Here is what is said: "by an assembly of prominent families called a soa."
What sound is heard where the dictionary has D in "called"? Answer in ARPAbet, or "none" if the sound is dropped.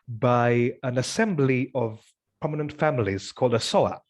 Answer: D